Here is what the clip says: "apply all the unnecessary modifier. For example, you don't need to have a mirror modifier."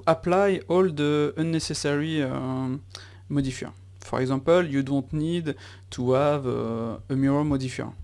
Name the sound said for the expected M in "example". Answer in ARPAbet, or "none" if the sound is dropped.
none